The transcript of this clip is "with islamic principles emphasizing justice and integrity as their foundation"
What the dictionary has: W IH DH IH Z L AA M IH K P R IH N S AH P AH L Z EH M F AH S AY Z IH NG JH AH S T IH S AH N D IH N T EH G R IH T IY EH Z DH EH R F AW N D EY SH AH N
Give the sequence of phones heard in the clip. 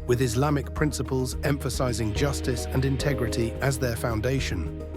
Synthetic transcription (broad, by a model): W IH DH IH Z L AA M IH K P R IH N S AH P AH L Z EH M F AH S AY Z IH NG JH AH S T IH S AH N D IH N T EH G R IH T IY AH Z DH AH F AW N D EY SH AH N